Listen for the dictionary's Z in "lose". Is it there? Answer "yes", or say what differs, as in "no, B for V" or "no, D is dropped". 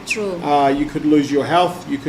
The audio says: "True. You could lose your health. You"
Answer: yes